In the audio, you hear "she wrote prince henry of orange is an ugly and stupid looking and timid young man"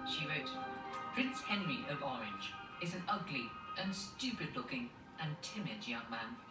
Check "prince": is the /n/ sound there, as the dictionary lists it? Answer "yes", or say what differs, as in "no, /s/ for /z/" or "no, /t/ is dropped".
yes